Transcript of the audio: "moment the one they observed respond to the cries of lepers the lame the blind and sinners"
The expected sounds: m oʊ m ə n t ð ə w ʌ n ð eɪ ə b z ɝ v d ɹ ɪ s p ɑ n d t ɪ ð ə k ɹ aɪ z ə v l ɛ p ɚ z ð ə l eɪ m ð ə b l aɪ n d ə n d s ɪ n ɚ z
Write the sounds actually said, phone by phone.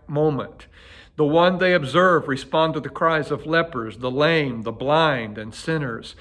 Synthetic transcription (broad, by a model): m oʊ m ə n ð ə w ʌ n ð eɪ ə b z ɝ v ɹ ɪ s p ɑ n t ɪ ð ə k ɹ aɪ z ə v l ɛ p ɚ z ð ə l eɪ m ð ə b l aɪ n d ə n s ɪ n ɚ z